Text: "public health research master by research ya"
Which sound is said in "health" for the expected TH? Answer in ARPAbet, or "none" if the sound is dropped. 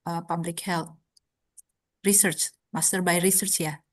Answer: T